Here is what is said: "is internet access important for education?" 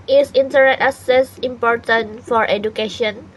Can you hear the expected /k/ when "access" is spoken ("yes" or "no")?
no